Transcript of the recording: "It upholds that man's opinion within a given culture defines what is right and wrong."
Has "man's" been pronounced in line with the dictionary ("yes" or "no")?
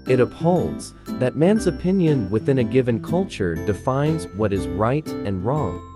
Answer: yes